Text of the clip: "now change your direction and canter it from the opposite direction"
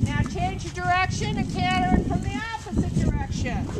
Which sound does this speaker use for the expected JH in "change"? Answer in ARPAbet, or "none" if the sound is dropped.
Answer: JH